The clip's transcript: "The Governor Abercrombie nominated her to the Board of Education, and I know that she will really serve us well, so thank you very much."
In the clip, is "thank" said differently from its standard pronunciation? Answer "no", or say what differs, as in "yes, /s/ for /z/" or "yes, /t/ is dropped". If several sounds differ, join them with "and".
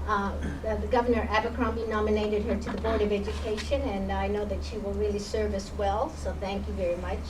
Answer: no